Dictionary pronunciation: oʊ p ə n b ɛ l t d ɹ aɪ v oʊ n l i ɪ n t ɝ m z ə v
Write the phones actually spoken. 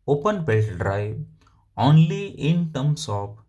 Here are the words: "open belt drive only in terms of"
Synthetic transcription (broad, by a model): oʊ p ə n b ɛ t d ɹ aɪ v oʊ n l i ɪ n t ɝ m s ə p